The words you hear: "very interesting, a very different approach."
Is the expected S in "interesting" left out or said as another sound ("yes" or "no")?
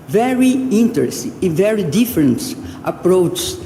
yes